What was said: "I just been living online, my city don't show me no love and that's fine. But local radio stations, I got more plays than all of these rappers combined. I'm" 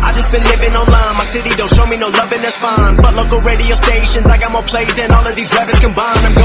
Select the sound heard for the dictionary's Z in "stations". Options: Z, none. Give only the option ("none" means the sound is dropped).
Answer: Z